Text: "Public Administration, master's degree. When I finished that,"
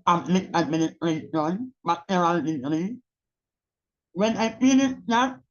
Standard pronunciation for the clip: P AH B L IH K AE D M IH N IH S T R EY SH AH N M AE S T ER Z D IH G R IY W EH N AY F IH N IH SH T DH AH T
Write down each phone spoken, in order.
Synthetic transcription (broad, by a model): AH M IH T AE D M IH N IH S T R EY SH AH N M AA T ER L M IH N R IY W EH N AY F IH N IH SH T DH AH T